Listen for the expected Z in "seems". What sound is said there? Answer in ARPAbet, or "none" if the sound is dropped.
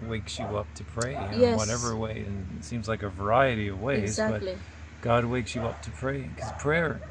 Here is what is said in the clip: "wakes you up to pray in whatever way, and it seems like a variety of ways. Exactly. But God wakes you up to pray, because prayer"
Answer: Z